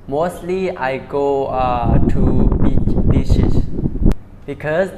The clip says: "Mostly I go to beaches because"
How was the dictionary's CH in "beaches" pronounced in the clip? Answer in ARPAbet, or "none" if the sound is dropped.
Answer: SH